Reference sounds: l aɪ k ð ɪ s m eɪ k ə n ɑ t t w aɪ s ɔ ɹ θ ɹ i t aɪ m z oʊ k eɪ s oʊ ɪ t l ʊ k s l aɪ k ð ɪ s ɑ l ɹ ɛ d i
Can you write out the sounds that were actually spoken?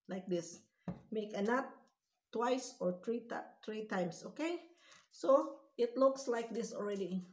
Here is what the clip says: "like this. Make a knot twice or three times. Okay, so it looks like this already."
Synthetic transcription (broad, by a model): l aɪ k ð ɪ s m eɪ k ə n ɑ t t w aɪ s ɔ ɹ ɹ ɹ i t aɪ m s oʊ k eɪ s oʊ ɪ t l ʊ k s l aɪ k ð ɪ s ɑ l ɹ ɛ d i